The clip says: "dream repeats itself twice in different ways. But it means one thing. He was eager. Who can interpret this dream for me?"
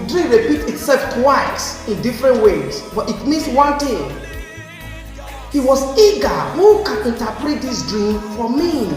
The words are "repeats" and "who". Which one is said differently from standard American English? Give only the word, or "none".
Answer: repeats